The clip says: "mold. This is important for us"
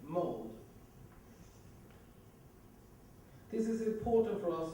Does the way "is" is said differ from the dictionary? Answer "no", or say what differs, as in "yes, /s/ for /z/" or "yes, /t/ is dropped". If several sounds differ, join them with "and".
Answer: no